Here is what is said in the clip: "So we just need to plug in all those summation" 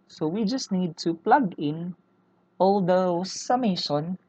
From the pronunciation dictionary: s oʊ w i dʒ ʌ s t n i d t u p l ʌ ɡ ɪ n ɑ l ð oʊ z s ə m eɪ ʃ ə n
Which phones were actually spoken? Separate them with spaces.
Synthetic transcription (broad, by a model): s oʊ w i dʒ ʌ s t n i d t u p l ʌ ɡ ɪ n ɑ l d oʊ s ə m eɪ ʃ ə n